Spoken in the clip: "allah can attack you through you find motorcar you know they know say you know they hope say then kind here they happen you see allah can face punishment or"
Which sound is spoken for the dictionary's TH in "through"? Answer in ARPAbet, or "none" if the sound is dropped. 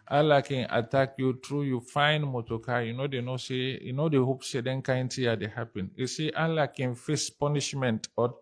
T